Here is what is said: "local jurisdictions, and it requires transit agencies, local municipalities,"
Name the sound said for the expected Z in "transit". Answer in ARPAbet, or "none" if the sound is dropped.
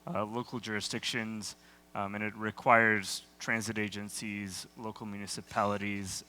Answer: Z